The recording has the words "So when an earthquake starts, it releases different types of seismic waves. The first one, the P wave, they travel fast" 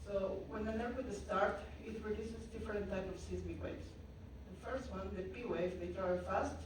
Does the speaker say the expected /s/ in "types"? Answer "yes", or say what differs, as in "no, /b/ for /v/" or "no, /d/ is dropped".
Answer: no, /s/ is dropped